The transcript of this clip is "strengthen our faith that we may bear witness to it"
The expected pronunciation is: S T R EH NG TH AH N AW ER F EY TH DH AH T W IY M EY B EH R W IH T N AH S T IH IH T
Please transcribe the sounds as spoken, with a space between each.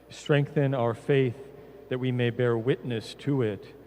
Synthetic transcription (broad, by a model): S T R EH NG TH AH N AW ER F EY TH DH AH T W IY M EY B EH R W IH T N AH S T IH IH T